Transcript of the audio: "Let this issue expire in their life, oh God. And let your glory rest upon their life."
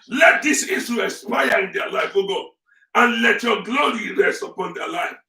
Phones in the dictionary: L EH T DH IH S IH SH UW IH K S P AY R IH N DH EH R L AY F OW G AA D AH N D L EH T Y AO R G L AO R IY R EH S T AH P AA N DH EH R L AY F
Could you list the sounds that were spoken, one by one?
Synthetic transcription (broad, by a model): L EH T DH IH S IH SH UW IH S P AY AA IH N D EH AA L AY F OW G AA AH N L EH T Y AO G L AO R IY R EH S T AH P AA N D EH L AY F